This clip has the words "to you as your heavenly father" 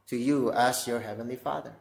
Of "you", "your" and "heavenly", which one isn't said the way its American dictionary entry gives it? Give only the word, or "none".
none